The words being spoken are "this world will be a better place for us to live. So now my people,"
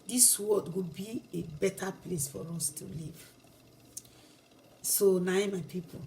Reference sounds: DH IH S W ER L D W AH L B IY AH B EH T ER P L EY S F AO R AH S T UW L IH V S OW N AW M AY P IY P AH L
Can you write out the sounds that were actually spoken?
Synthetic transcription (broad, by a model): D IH S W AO D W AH B IY AH B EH T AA P L EY S F AO R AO S T UW L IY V S OW N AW M AY P IY P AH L